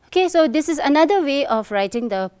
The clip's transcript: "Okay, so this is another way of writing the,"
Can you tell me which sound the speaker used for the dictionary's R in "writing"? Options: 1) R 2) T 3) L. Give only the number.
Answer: 1